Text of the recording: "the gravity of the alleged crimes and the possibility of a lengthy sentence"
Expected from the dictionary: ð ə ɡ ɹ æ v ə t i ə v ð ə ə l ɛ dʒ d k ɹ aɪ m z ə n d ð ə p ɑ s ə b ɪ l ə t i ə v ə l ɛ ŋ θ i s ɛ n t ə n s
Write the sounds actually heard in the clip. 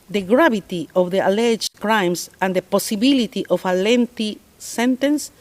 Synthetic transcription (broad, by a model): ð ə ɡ ɹ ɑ b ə t i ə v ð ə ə l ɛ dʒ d k ɹ aɪ m s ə n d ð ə p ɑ s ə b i l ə t i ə f ə l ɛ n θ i s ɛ n t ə n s